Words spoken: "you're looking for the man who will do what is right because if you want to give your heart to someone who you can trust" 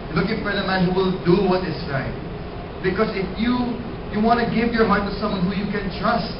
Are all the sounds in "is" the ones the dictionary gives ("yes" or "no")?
no